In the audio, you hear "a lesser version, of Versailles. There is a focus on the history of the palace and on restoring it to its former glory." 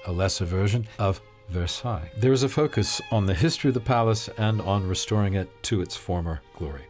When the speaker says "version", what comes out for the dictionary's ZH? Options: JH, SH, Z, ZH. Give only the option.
ZH